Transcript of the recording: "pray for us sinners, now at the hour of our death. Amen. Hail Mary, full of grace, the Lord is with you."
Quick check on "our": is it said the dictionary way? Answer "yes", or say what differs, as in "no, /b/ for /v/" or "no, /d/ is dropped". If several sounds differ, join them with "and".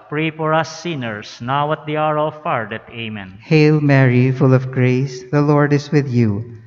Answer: yes